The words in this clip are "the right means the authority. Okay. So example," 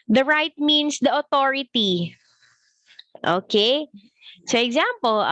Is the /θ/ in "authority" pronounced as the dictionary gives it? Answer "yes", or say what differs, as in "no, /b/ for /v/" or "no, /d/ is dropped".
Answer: no, /t/ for /θ/